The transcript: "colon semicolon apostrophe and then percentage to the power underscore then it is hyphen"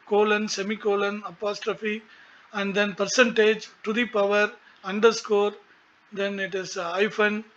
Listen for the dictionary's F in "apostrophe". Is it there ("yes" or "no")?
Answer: yes